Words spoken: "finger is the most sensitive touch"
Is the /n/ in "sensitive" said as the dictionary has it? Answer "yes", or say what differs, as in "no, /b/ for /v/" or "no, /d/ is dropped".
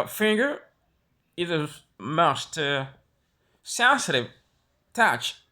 yes